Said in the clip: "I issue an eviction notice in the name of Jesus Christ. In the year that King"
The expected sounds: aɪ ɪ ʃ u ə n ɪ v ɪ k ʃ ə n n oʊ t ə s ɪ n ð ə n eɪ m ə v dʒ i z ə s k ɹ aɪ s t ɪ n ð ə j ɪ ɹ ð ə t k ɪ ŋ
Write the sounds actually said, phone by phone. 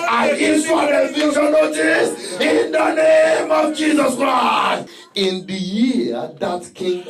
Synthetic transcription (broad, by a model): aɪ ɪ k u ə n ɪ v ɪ ʃ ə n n oʊ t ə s ɪ n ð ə n eɪ m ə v dʒ i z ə s k ɹ aɪ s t ɪ n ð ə j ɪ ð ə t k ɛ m